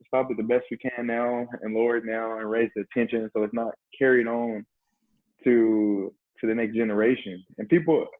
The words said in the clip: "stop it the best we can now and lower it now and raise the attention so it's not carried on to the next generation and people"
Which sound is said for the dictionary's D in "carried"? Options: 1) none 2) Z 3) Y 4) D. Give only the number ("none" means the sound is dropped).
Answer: 4